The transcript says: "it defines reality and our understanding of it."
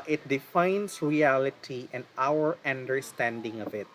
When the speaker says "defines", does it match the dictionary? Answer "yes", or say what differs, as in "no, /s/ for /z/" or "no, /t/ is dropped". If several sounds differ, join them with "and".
no, /s/ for /z/